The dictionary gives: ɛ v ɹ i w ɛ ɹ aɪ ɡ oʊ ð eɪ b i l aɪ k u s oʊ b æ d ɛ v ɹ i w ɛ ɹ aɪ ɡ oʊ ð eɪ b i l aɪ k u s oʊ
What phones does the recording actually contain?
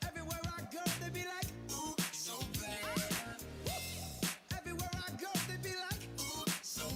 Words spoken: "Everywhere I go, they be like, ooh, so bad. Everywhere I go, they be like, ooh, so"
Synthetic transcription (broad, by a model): ɛ v ɹ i w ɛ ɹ aɪ ɡ oʊ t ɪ b i l aɪ k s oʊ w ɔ ɛ v ɹ i w ɛ ɹ aɪ ɡ oʊ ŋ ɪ b i l aɪ k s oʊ